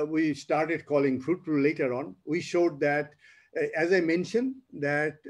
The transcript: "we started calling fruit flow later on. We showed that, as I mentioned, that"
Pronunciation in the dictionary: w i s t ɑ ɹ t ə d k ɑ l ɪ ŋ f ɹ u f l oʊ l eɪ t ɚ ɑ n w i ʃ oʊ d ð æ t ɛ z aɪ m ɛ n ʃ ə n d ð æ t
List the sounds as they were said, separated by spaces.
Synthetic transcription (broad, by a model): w i s t ɑ ɹ t ə d k ɑ l ɪ ŋ f ɹ u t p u l eɪ t ɚ ɑ n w i ʃ oʊ d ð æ t ɛ z aɪ m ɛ n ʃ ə n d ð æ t